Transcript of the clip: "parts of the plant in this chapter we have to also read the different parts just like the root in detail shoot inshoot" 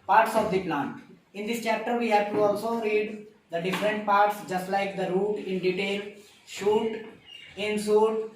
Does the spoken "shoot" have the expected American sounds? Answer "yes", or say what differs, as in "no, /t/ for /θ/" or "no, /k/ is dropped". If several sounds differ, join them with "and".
yes